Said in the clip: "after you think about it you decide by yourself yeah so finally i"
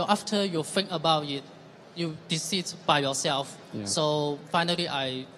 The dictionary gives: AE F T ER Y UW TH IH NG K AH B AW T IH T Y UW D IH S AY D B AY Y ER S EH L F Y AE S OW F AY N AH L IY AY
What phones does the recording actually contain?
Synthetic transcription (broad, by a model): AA F T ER Y UW F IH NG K AH B AW T IH T Y UW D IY S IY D B AY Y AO S EH L F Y S OW F AY N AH L IY AY